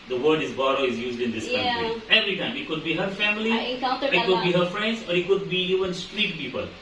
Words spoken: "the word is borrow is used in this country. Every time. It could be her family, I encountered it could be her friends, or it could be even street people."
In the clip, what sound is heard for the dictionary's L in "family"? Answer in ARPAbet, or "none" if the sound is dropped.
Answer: L